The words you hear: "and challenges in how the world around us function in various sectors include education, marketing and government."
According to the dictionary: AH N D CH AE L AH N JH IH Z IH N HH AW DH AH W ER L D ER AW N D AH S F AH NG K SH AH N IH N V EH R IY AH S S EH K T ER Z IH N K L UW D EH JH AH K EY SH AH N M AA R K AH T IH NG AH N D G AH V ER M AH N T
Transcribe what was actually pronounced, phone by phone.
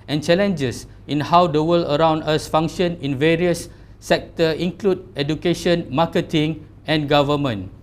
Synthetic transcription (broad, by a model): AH N CH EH L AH N JH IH S IH N HH AW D AH W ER L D ER AW N D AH S F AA NG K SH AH N IH N V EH R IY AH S S EH K T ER IH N K L UW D EH JH AH K EY SH AH N M AA K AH T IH NG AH N G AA V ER M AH N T